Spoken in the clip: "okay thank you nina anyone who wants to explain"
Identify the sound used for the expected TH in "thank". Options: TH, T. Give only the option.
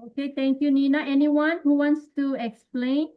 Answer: T